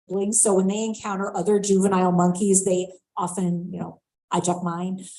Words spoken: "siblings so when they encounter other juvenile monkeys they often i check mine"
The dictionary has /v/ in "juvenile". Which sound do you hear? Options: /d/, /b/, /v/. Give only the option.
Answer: /v/